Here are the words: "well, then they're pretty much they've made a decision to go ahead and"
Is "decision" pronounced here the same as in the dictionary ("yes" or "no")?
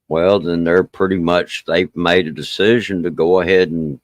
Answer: yes